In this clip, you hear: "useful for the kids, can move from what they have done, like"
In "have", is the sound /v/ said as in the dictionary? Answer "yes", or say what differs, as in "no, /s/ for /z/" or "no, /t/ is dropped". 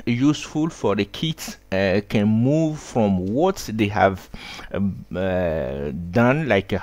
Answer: yes